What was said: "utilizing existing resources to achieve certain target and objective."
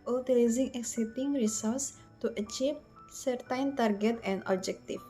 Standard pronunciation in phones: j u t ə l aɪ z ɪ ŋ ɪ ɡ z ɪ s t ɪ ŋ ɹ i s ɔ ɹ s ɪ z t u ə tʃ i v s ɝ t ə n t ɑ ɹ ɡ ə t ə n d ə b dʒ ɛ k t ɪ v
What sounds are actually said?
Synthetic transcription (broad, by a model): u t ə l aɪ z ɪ ŋ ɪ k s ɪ t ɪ ŋ ɹ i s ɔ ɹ s t u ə tʃ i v s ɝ t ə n t ɑ ɹ ɡ ə t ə n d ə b dʒ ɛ k t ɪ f